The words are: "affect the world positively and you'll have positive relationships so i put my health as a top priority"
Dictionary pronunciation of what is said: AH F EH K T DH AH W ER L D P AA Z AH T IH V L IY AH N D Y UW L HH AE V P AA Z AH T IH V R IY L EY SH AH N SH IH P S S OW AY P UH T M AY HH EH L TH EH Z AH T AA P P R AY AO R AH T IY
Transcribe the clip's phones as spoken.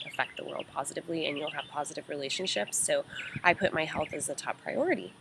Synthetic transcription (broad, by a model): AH F EH K T DH AH W ER L D P AA Z AH T IH V L IY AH N Y UW L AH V P AA Z AH T IH V R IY L EY SH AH N SH IH P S S OW AY P UH T M AY HH EH L TH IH Z AH T AA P P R AY AO R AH T IY